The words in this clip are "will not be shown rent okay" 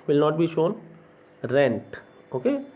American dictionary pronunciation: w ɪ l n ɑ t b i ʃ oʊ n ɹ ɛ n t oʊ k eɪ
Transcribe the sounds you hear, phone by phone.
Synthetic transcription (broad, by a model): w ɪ l n ɑ t b i ʃ oʊ n ɹ ɛ n t oʊ k eɪ